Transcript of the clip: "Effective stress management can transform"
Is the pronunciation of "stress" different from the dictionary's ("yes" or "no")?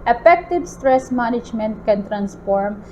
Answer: no